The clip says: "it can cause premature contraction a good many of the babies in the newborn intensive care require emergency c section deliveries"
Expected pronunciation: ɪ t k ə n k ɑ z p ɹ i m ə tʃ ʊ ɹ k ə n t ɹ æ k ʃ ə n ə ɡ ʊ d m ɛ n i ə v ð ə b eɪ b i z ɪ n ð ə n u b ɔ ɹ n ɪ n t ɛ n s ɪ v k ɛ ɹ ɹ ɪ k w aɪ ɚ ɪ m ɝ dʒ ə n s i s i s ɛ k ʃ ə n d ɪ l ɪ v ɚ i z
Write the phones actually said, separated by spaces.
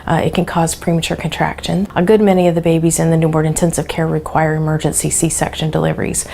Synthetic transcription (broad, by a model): ɪ t k ə n k ɑ z p ɹ i m ə tʃ ʊ ɹ k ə n t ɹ æ k ʃ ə n ə ɡ ʊ d m ɛ n i ə v ð ə b eɪ b i z ɪ n ð ə n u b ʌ ɹ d ɪ n t ɛ n s ɪ v k ɛ ɹ ɹ ɪ k w aɪ ɚ ɪ m ɝ dʒ ə n s i s i s ɛ k ʃ ə n d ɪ l ɪ v ɚ i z